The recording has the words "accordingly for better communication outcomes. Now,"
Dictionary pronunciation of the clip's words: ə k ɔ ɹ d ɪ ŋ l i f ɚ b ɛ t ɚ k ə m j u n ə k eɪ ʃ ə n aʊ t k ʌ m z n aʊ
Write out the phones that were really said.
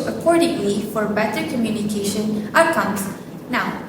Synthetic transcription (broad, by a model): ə k ɔ ɹ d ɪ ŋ l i f ɚ b ɛ t ɚ k ə m j u n ə k eɪ ʃ ə n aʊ k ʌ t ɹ n aʊ